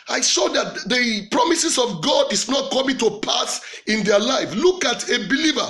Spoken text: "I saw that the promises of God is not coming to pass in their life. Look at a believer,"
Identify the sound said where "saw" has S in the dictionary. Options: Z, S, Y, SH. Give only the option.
SH